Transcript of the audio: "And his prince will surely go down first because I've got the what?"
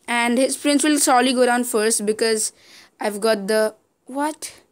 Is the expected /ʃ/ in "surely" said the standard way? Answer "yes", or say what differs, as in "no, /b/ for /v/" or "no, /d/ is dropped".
no, /s/ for /ʃ/